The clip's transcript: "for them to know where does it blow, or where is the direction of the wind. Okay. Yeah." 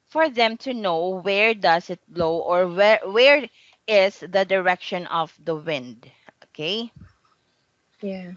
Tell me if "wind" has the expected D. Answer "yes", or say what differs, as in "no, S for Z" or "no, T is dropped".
yes